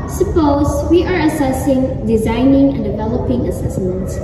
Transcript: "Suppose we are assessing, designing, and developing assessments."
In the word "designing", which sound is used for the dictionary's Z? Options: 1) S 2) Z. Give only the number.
2